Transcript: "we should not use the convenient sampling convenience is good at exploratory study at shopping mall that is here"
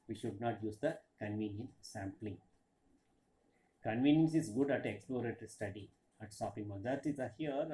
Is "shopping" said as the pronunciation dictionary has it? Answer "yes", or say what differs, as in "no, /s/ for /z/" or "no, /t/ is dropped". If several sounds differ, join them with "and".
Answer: no, /s/ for /ʃ/